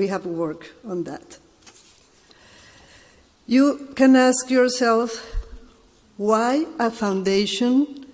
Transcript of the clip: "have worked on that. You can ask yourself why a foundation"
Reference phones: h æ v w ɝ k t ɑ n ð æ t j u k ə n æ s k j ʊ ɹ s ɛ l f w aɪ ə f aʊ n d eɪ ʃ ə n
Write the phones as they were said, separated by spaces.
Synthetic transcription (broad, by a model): h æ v w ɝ k ɑ n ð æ t j u k ə n æ s k j ʊ ɹ s ɛ l f w aɪ ə f aʊ n d eɪ ʃ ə n